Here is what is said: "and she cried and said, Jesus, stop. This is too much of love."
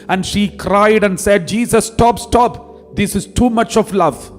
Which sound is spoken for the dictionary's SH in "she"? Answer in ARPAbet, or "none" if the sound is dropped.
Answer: SH